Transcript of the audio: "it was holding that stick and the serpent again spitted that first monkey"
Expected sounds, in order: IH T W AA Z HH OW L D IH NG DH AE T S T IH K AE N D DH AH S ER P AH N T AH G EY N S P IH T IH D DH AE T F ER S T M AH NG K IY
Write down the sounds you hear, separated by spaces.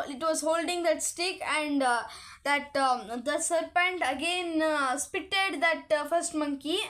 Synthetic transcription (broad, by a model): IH T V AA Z HH OW L D IH NG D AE T S T IH K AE N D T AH S ER P AH N T AH G EY N S P IH T IH D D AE T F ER S T M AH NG K IY